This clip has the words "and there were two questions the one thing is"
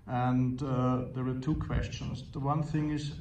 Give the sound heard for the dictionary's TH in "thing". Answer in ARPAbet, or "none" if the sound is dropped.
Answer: TH